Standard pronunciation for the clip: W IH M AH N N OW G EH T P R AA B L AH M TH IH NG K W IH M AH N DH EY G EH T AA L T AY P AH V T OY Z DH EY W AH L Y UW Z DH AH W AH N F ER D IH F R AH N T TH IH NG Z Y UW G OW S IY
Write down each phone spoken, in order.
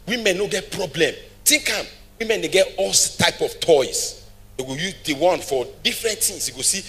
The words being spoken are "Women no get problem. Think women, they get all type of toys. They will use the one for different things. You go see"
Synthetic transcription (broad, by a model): W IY M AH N N OW G EH T P R AA B L AH M T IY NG K W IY M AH N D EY G EH T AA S T AY P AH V T OY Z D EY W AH Y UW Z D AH W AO N F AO D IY F R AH N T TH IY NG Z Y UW G OW S IY